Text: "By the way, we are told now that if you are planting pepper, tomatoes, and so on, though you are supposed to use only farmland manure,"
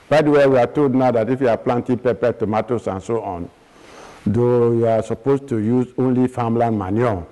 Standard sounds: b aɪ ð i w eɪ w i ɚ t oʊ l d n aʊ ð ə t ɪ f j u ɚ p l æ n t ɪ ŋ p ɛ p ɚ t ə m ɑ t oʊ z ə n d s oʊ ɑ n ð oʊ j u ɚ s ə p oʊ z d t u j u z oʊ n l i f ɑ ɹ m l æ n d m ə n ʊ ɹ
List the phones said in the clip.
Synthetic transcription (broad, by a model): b aɪ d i w eɪ w i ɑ t oʊ l d n aʊ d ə t ɪ f j u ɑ p l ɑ n t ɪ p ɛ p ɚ t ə m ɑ t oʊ s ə n s oʊ ɑ n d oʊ j u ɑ s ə p oʊ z t u j u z oʊ n l i f ɑ m l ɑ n m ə n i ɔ